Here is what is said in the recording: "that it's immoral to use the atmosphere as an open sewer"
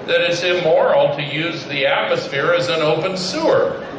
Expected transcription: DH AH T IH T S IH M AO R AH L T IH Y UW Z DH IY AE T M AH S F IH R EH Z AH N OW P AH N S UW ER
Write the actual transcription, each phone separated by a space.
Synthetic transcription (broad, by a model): DH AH T IH T S IH M AO R L T IH Y UW Z DH IY AE T M AH S F IH R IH Z AH N OW P AH N S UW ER